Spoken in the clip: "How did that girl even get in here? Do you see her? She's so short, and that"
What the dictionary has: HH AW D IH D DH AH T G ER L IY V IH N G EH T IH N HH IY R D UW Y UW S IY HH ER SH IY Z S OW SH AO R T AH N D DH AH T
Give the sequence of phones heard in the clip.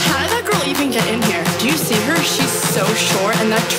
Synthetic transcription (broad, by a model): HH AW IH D DH AH T G ER L IY V IH N G EH T IH N HH IY R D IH Y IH S IY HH ER SH IY Z S OW SH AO R AH N DH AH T